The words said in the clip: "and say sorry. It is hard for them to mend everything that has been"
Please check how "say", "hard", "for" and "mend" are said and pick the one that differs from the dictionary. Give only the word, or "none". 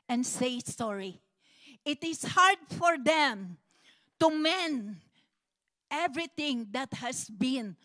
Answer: mend